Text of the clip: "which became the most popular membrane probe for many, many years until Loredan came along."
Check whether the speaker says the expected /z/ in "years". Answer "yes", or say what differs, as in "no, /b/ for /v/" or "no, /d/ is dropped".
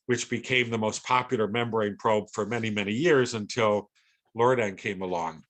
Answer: yes